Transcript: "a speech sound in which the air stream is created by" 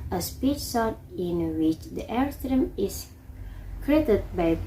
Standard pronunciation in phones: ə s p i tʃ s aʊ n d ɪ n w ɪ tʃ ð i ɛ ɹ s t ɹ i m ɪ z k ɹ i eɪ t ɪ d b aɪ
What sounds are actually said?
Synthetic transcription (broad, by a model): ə s p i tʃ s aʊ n ɪ n w ɪ tʃ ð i ɛ ɹ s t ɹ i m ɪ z k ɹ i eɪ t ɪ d b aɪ